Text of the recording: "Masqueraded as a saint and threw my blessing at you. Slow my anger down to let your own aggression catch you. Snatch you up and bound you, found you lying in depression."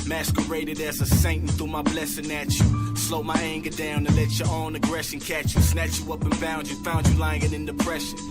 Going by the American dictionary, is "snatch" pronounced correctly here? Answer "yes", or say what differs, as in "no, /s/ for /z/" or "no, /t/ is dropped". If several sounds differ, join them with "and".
yes